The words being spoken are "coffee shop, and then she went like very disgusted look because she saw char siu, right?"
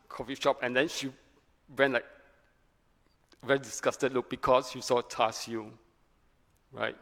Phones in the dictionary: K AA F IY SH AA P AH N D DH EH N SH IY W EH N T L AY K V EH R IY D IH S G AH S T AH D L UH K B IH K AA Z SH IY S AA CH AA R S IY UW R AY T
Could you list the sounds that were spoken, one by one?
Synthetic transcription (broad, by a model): K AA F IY SH AA P AH N D EH N SH IY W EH N L AY K V EH R IY D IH S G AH S T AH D L UH K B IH K AA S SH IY S AA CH AA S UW R AY T